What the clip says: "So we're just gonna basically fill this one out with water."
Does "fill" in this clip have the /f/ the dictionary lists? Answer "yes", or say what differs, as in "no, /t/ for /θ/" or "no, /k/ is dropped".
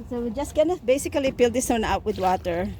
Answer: no, /p/ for /f/